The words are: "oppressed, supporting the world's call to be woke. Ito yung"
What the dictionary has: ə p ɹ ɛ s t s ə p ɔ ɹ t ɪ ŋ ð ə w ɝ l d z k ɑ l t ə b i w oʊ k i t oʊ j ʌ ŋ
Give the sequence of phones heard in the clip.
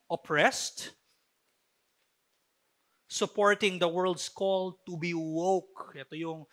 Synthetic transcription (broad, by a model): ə p ɹ ɛ s t s ə p ɔ ɹ t ɪ ŋ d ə w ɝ l d s k ɑ l t ə b i w oʊ k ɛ t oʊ j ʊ ŋ